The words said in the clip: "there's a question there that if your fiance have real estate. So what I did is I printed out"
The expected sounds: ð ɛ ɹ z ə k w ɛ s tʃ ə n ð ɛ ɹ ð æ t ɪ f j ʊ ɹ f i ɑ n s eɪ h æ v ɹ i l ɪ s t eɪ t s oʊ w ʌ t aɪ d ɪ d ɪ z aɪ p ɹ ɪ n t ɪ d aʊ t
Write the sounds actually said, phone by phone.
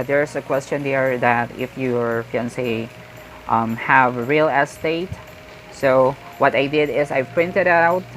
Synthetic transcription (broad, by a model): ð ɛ ɹ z ə k w ɛ s tʃ ə n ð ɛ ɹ ð æ t ɪ f j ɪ ɹ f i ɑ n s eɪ h æ v ɹ i l ɪ s t eɪ t s oʊ w ʌ t aɪ d ɪ d ɪ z aɪ p ɹ ɪ n t ɪ d aʊ t